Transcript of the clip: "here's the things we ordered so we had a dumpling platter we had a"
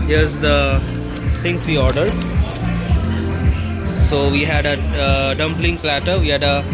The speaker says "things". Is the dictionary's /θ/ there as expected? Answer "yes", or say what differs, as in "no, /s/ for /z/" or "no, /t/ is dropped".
no, /t/ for /θ/